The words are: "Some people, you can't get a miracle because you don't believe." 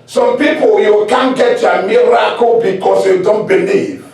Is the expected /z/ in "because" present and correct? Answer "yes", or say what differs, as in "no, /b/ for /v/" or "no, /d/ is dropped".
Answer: no, /s/ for /z/